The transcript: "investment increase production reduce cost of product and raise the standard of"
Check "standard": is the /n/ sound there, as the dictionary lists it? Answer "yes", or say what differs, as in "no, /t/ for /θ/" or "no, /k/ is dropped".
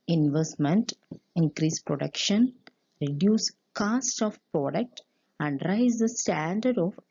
yes